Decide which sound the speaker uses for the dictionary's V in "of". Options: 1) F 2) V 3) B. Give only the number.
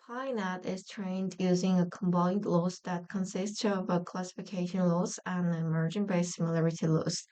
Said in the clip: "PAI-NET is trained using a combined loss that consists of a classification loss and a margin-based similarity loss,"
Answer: 2